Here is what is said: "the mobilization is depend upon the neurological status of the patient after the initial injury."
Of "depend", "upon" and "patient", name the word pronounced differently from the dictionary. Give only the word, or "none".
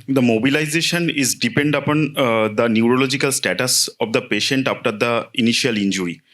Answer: none